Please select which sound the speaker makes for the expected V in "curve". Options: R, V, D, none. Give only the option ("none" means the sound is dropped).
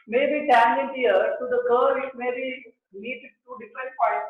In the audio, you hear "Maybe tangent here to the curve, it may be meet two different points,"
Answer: none